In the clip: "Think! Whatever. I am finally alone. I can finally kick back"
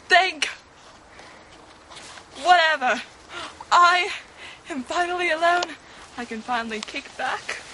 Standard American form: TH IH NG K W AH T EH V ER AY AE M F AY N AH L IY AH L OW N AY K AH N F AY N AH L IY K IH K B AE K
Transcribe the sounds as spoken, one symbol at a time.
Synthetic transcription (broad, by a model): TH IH NG K W AH T EH V ER AY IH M F AY N L IY AH L OW N AY K AH N F AY N L IY K IH K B AE K